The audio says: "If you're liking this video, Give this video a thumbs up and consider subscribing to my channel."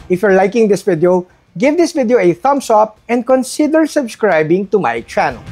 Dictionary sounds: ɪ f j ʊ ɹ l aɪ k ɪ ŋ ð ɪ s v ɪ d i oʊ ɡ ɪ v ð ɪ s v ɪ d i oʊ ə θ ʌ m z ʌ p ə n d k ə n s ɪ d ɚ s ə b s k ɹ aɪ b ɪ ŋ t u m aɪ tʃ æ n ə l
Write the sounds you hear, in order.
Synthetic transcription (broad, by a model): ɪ f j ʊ ɹ l aɪ k ɪ ŋ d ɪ s v ɪ d i oʊ ɡ ɪ v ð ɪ s v ɪ d i oʊ ə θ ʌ m s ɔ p ə n d k ə n s ɪ d ɚ s ə b s k ɹ aɪ b ɪ ŋ t u m aɪ tʃ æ n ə l